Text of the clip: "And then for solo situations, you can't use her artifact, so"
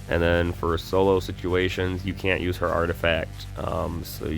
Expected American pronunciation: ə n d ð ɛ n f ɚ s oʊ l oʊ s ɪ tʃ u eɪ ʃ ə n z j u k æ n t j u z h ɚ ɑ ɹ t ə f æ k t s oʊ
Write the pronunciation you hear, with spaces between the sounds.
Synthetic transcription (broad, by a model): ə n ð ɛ n f ɚ s oʊ l oʊ s ɪ tʃ u eɪ ʃ ə n z j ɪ k æ n t j u z h ɚ ɑ ɹ t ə f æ k t s oʊ